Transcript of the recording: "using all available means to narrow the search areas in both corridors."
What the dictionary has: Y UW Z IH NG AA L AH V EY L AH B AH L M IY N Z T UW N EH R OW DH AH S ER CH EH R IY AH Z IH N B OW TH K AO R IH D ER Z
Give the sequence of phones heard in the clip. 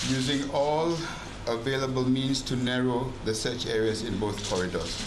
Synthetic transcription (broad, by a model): Y UW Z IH NG AA L AH V EY L AH B AH L M IY N S T UW N EH R OW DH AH S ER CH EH R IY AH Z IH N B OW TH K AO R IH D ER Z